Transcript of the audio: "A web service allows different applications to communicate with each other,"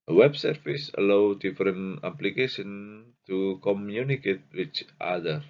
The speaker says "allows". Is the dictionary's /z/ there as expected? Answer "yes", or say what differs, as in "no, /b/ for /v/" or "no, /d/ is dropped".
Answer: no, /z/ is dropped